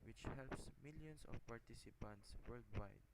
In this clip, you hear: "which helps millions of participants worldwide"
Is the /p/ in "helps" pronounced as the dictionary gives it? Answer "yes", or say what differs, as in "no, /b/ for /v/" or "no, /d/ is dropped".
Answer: yes